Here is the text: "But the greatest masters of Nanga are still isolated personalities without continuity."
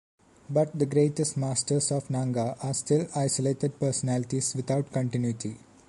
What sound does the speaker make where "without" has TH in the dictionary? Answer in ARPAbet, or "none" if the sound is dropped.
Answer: T